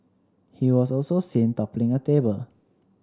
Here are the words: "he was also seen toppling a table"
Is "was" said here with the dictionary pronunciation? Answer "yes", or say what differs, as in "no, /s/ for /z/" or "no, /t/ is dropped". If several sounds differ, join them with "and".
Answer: no, /s/ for /z/